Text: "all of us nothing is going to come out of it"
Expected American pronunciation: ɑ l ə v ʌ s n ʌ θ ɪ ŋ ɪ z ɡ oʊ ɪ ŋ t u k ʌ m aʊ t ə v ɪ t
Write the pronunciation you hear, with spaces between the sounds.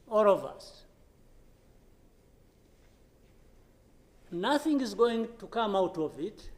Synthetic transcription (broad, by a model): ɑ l ə v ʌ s n ʌ θ ɪ ŋ ɪ z ɡ oʊ ɪ ŋ t u k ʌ m aʊ t ə v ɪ t